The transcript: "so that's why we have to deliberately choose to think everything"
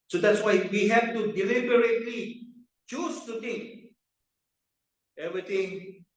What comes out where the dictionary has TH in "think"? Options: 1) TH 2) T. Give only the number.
2